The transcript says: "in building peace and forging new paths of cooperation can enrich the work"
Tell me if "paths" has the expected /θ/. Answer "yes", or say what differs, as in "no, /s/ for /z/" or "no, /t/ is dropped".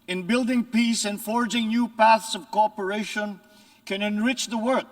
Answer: yes